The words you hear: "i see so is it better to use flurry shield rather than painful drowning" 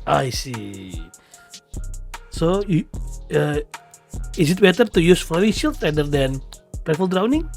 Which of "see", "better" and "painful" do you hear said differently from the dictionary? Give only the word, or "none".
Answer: painful